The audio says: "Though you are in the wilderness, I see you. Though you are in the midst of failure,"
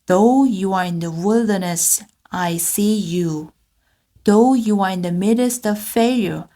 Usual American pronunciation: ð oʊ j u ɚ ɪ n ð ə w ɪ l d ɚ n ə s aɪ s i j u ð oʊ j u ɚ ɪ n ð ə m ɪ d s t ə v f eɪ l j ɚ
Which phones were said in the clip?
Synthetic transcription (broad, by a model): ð oʊ j u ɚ ɪ n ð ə w ɪ l d ɚ n ə s aɪ s i j u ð oʊ j u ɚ ɪ n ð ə m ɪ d s t ə v f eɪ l j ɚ